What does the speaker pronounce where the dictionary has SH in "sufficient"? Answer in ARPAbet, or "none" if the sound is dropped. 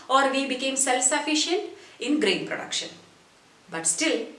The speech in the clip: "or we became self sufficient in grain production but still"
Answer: SH